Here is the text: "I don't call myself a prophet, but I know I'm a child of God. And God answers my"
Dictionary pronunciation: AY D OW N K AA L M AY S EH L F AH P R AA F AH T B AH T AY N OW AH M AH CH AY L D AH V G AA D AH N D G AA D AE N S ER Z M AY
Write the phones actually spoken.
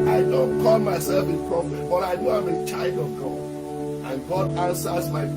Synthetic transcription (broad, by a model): AY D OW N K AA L M AY S EH L F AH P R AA F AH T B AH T AY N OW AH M AH CH AY L D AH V G AA D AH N G AA D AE N S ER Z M AY